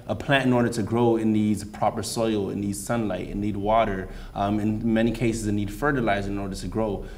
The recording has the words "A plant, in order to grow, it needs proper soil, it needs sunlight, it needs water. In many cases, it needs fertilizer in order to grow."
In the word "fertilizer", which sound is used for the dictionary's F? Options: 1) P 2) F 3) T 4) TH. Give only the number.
2